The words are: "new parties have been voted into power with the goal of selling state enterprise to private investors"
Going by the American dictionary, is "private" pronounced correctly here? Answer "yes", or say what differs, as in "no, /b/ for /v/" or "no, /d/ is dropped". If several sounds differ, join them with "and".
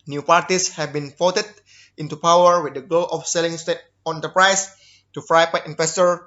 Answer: no, /f/ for /p/ and /p/ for /v/